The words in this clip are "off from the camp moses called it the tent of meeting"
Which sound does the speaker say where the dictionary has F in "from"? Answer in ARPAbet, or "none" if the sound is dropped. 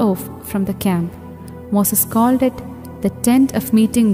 F